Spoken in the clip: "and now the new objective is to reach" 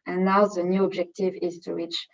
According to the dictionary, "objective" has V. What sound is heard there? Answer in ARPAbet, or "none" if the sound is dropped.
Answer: V